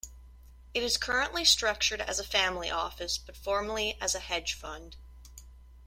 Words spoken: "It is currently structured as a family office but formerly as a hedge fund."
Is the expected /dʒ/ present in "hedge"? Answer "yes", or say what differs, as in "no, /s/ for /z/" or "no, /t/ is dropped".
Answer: no, /ʒ/ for /dʒ/